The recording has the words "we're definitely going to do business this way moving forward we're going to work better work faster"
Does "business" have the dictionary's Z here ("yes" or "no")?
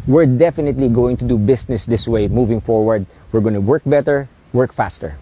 no